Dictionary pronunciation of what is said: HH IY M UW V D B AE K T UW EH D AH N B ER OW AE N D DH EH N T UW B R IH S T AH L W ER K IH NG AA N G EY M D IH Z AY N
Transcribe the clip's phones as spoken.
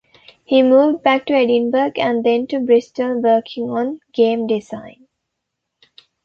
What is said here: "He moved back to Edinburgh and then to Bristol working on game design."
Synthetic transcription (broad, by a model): HH IY M UW V D B AE K T UW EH D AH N B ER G AE N D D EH N T UW B R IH S T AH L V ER K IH NG AA N G EY M D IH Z AY N